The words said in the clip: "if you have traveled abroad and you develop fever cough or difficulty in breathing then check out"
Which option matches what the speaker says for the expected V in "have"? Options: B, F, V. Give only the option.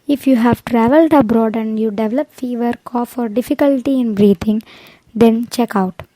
V